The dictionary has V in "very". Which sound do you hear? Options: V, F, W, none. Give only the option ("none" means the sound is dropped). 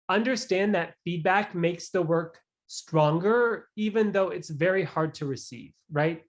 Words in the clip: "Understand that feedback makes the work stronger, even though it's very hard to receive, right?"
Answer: V